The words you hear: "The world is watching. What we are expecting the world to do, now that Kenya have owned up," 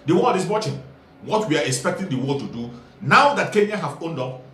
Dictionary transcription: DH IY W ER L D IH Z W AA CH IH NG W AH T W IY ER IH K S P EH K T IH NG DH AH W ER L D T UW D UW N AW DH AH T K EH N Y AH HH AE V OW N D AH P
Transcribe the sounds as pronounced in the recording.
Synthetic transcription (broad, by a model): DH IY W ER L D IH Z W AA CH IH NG W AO T W IY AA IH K S P EH K T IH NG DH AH W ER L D T UW D UW N AW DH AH T K EH N Y AH HH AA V OW N D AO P